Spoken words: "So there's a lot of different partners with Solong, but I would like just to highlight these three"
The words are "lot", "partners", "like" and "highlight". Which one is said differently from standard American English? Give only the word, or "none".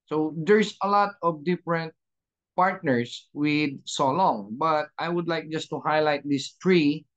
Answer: partners